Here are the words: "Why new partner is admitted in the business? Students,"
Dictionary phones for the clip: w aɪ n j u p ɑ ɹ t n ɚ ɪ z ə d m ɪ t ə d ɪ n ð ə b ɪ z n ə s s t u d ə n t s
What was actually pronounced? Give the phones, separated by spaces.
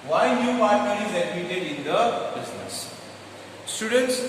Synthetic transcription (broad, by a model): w aɪ n j u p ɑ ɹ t i ɪ z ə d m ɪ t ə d ɪ n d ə b ɪ z n ə s s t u d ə n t s